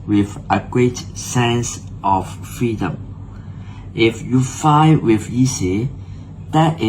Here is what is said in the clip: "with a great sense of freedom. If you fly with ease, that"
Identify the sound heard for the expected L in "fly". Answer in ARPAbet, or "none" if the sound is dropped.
none